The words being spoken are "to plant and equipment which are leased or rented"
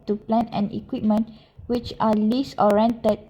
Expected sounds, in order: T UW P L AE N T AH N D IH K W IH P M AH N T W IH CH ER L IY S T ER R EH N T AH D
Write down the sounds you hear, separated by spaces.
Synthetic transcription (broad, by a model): T UW P L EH N AH N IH K W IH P M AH N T W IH CH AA L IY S AO R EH N T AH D